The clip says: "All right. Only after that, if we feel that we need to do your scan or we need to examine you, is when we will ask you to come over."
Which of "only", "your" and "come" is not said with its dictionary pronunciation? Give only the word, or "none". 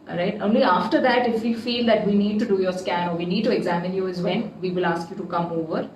none